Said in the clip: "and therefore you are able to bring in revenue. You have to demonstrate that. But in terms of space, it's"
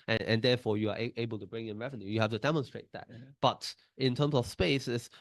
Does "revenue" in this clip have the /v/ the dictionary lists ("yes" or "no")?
yes